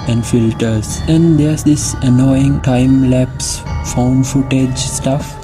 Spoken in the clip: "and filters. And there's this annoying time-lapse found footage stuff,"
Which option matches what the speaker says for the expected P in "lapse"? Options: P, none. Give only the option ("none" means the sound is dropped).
P